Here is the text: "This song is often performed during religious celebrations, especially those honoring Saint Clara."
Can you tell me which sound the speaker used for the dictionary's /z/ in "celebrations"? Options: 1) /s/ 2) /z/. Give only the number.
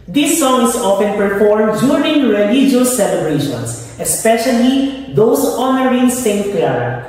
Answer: 1